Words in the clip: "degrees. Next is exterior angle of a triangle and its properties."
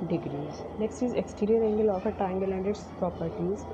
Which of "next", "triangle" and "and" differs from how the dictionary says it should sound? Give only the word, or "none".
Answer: triangle